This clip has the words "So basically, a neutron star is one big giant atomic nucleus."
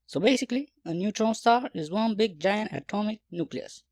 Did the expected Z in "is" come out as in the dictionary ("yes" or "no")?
yes